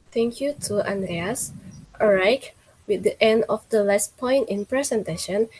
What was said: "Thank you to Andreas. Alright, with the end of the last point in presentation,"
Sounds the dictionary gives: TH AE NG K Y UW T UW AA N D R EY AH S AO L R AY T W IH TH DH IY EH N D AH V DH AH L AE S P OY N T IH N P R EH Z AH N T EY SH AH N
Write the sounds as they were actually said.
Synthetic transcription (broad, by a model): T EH NG K Y UW T UW AA N D R EY AH S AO R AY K W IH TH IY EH N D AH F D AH L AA S P OY N T IH N P R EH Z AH N T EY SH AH N